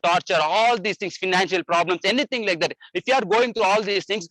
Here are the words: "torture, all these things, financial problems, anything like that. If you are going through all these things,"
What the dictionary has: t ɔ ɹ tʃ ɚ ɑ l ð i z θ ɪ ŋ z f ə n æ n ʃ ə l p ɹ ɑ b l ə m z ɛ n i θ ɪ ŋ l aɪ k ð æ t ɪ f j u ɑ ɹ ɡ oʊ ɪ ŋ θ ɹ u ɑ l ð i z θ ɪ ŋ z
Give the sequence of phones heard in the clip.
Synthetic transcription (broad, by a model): t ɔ ɹ tʃ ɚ ɑ l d i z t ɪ ŋ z f ə n æ n ʃ ə l p ɹ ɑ b l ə m s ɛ n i t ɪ ŋ l aɪ k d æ t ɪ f j u ɑ ɹ ɡ oʊ ɪ ŋ t ɹ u ɑ l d i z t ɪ ŋ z